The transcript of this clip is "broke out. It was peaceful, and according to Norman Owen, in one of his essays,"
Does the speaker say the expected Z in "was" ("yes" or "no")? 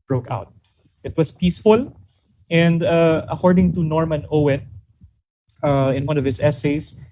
no